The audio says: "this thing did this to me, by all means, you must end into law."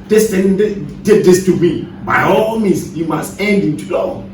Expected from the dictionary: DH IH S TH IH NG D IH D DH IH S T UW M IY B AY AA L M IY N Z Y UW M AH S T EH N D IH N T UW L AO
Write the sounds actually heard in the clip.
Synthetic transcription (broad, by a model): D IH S T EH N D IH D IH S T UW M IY B AY AA L M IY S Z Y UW M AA S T EH N D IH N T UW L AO